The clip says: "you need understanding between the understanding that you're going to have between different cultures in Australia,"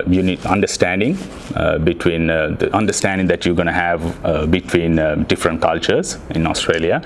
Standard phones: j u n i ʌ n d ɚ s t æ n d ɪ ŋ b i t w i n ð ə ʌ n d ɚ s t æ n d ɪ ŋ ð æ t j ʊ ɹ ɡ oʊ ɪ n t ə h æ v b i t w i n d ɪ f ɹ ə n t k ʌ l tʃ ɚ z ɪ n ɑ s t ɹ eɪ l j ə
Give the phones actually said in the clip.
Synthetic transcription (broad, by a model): j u n i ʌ n d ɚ s t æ n d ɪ ŋ b i t w i n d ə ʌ n d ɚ s t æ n d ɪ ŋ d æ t j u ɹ ɡ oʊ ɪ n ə h æ v b i t w i n d ɪ f ɹ ə n t k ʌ l tʃ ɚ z ɪ n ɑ s t ɹ eɪ l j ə